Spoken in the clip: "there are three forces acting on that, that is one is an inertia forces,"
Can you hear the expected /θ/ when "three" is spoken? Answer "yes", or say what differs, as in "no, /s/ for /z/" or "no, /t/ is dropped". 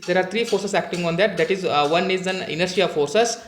no, /t/ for /θ/